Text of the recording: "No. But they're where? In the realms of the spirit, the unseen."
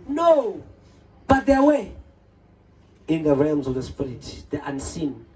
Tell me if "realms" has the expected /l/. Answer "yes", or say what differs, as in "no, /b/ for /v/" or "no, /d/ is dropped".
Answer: yes